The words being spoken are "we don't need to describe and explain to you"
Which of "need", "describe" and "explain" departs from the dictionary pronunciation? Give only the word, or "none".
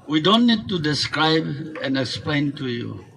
none